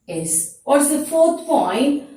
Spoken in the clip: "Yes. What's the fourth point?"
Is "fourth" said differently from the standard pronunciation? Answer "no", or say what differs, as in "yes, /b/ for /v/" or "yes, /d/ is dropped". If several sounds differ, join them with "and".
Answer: no